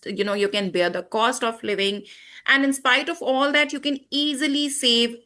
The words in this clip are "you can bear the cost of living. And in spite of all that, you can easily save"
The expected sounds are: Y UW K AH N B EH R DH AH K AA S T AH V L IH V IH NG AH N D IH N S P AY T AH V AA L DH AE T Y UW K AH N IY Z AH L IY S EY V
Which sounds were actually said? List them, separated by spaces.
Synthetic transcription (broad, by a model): Y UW K AH N B EH R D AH K AA S T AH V L IH V IH NG AH N D IH N S P AY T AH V AA L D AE T Y UW K AH N IY Z AH L IY S EY V